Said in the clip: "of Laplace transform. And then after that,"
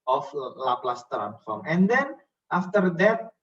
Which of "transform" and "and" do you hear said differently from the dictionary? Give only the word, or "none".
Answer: transform